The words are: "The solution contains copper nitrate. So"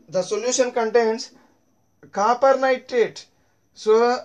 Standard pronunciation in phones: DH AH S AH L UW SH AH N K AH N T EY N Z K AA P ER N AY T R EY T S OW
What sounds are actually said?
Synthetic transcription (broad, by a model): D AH S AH L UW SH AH N K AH N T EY N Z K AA P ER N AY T EY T S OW